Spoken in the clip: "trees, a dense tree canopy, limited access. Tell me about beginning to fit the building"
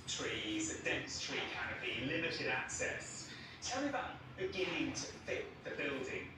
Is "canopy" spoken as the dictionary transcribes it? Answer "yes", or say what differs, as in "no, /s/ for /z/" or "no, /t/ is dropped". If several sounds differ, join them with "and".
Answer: no, /b/ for /p/